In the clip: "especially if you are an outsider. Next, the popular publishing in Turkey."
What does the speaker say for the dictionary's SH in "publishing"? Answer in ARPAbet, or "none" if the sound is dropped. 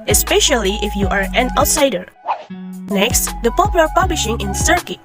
SH